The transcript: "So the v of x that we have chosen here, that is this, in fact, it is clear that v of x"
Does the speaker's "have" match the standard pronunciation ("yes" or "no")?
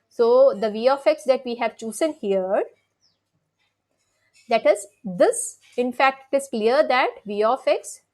yes